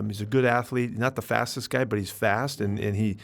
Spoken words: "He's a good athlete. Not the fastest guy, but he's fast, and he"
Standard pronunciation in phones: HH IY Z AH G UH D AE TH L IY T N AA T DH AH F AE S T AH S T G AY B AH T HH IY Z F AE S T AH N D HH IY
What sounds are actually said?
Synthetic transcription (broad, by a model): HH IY Z AH G UH D AE TH L IY T N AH T DH AH F AE S T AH S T G AY B AH T HH IY Z F AE S T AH N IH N IY